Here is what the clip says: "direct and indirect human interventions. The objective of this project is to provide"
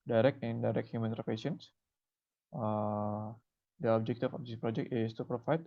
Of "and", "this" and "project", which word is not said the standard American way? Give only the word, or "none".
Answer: this